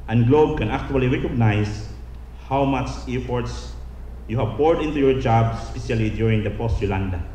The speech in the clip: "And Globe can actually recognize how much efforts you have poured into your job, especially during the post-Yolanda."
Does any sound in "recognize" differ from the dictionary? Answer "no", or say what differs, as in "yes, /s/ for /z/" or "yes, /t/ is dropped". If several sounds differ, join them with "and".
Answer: yes, /s/ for /z/